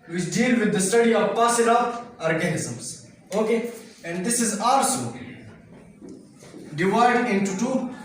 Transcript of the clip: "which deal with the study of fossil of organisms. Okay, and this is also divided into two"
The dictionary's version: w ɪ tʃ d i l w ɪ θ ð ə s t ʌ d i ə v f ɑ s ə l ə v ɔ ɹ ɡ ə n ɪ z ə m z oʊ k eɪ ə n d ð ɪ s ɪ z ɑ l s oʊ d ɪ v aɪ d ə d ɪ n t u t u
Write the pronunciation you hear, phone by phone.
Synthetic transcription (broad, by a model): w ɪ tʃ d i l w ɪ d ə s t ʌ d i ə v p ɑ s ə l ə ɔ ɹ ɡ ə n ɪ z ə m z oʊ k eɪ ə n d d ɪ s ɪ z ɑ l s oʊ d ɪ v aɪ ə d ɪ n t u t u